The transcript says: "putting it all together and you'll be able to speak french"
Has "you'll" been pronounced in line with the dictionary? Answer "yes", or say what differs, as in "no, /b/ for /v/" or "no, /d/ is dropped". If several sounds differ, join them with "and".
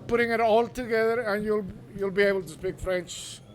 yes